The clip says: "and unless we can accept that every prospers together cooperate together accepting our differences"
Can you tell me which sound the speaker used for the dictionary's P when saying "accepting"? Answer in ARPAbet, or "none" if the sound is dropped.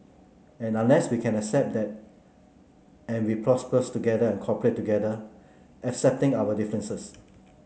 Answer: P